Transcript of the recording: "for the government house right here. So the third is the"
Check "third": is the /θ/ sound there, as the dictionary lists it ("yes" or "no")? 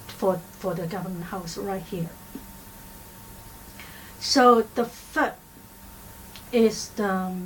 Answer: no